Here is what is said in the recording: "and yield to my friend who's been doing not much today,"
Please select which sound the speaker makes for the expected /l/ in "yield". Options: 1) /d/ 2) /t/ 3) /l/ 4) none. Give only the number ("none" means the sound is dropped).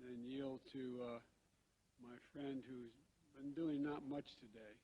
3